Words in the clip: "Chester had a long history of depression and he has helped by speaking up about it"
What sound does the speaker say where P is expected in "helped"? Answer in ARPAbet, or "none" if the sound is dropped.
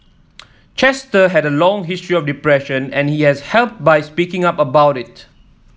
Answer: P